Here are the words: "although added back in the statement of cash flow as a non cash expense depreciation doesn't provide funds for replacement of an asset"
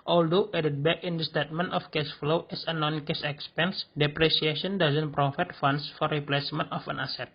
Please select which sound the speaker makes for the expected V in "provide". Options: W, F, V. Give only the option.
F